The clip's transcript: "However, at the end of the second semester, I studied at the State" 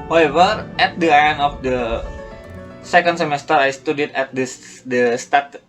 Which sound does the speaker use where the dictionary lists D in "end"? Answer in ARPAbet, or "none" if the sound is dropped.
none